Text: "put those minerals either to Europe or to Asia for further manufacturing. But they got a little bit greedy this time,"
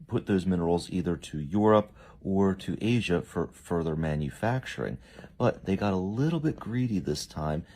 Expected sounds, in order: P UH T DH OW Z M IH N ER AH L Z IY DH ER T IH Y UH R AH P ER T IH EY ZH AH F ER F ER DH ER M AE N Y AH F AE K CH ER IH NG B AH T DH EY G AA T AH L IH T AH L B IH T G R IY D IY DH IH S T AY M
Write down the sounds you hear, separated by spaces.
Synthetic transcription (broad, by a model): P UH T DH OW Z M IH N ER L Z IY DH ER T IH Y UH R AH P ER T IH EY ZH AH F ER F ER DH ER M AE N Y AH F AE K CH ER IH NG B AH T DH EY G AA T AH L IH T L B IH T G R IY D IY DH IH S T AY M